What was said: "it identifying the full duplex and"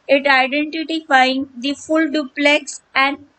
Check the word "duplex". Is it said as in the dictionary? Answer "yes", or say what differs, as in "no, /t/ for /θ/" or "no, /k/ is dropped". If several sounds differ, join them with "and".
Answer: yes